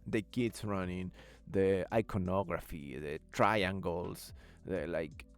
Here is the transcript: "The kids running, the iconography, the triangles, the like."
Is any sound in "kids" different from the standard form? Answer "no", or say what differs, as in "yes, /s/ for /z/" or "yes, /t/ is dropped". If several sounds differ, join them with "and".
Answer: yes, /s/ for /z/